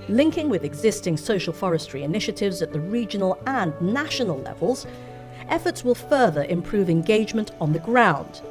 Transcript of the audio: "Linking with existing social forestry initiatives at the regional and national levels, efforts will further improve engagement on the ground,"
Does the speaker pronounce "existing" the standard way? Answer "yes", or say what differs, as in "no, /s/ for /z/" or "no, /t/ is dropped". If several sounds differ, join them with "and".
yes